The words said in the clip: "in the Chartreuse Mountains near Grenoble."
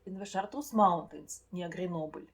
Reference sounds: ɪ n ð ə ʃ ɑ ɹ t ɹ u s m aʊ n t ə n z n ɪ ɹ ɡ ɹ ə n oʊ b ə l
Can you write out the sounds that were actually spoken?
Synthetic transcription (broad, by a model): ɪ n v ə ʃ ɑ ɹ t u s m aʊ n t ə n s n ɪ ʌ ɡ ɹ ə n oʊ b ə l